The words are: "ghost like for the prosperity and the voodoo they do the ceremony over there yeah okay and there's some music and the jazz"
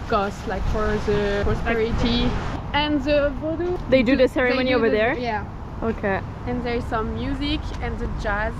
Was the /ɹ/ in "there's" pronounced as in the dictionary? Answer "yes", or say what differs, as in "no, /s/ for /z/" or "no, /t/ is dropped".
yes